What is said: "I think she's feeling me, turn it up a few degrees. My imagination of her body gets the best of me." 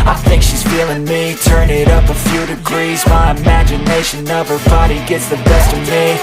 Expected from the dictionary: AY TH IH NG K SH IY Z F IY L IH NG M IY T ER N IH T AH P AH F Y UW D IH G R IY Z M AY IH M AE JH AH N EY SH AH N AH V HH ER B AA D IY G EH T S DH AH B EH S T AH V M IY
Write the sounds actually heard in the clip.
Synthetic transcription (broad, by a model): AY TH IH NG K SH IY Z F IY L IH NG M IY T ER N IH T AH P AH F Y UW D IH G R IY Z M AY IH M AE JH AH N EY SH AH N AH V ER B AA D IY G EH T S DH AH B EH S T AH V M IY